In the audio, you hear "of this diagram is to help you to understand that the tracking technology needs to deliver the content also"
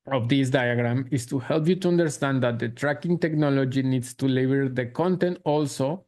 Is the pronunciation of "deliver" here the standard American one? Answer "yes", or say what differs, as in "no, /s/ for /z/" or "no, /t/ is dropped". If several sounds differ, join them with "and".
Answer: no, /b/ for /v/